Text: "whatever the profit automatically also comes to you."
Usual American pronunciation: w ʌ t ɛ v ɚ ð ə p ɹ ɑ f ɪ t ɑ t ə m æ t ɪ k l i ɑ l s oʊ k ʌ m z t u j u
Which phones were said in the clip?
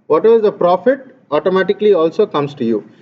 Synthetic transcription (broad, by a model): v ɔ t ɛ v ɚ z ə p ɹ ɑ f ɪ t ɑ t ə m æ t ɪ k l i ɑ l s oʊ k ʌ m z t u j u